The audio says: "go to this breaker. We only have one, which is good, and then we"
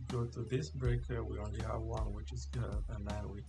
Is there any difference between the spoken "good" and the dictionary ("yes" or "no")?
yes